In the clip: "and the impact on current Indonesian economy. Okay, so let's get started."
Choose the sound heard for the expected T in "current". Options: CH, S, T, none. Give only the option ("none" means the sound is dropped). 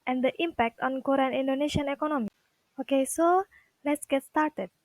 none